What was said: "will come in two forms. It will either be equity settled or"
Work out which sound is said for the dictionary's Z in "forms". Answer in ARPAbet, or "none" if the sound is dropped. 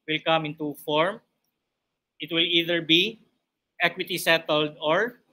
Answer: none